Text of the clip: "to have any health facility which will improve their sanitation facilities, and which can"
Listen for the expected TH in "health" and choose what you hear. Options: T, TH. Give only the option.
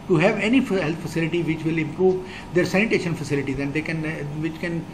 T